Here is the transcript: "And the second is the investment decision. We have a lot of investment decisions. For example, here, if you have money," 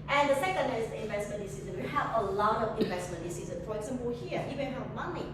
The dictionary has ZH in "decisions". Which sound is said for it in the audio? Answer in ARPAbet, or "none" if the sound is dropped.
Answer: Z